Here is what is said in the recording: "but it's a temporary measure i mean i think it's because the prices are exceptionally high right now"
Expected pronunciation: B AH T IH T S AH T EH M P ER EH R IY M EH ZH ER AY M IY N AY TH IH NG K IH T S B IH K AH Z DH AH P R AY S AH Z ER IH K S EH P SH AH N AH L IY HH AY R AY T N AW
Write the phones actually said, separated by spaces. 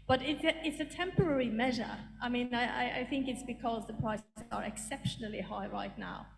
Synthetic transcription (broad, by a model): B AH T IH T S AH T EH M P ER EH R IY M EH ZH ER AY M IY N AY TH IH NG K IH T S B IH K AH Z DH AH P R AY S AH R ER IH K S EH P SH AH N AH L IY HH AY R AY T N AW